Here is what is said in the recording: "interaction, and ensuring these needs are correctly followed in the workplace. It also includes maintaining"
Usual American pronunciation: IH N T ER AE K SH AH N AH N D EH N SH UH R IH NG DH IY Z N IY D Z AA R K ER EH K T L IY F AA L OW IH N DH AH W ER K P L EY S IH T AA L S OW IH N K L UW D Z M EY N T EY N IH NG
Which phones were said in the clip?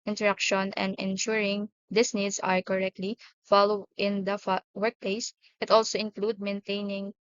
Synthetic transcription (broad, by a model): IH N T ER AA K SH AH N AH N D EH N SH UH R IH NG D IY S N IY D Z AA R K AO EH K T L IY F AA L OW IH N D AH W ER K P L EY S IH T AA L S OW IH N K L UW D M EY N T EY N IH NG